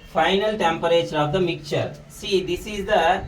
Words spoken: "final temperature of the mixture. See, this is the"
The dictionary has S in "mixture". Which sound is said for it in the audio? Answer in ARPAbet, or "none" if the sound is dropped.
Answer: none